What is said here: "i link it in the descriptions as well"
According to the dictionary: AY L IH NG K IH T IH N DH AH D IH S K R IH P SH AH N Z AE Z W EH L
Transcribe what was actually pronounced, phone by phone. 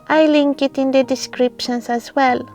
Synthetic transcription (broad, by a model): AY L IH NG K IH T IH N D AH D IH S K R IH P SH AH N S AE S W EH L